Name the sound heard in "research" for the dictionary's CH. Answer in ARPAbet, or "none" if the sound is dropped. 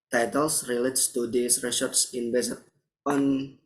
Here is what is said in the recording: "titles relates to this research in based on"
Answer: S